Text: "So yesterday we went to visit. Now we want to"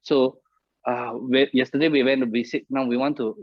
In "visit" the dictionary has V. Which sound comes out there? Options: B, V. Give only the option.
B